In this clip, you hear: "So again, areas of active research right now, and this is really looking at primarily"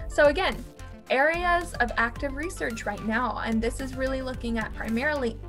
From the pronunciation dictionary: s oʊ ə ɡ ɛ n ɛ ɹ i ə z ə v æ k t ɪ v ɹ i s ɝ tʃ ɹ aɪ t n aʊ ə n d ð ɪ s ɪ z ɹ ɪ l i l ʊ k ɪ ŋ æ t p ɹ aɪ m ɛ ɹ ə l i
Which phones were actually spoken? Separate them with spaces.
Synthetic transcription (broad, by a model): s oʊ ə ɡ ɛ n ɛ ɹ i ə z ə v æ k t ɪ v ɹ i s ɝ tʃ ɹ aɪ t n aʊ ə n ð ɪ s ɪ z ɹ ɪ l i l ʊ k ɪ ŋ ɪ t p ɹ aɪ m ɛ ɹ l i